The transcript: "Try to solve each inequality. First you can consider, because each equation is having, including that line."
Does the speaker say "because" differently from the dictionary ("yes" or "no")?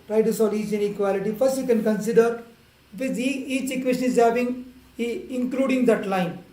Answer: yes